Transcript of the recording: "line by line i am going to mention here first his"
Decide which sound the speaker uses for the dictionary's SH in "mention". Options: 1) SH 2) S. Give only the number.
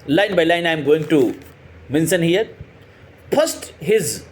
2